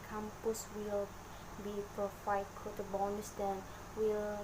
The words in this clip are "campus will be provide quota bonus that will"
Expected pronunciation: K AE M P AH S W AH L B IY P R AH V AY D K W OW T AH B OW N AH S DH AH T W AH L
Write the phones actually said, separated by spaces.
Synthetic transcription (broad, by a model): K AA M P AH S W AH L B IY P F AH F AY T K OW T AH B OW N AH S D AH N W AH L